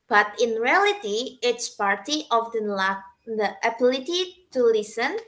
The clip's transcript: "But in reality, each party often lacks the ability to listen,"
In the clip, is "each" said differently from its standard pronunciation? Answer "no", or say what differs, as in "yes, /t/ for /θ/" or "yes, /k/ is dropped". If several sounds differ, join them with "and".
yes, /s/ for /tʃ/